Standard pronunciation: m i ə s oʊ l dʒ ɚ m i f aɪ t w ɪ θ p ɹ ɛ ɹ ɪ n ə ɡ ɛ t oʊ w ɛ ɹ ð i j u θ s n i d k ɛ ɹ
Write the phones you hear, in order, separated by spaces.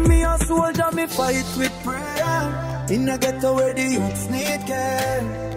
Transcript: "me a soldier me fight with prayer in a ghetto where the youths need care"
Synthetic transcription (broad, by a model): m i ə s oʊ dʒ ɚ m i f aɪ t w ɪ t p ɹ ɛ ɪ n ə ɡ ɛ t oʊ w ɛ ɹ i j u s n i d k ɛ